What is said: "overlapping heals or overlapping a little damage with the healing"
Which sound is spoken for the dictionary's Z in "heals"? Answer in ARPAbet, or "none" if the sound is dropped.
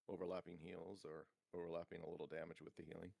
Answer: Z